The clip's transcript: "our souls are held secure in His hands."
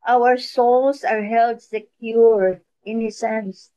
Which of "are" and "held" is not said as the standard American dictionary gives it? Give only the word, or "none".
none